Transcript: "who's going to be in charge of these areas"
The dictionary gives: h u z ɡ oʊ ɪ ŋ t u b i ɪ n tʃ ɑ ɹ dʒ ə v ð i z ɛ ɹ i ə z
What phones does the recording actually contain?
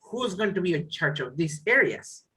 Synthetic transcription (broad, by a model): h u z ɡ oʊ ɪ ŋ t u b i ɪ tʃ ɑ ɹ tʃ ə v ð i s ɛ ɹ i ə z